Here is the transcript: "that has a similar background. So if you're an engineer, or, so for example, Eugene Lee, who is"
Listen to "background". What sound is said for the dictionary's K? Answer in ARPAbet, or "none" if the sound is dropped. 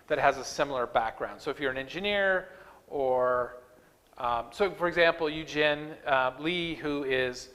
K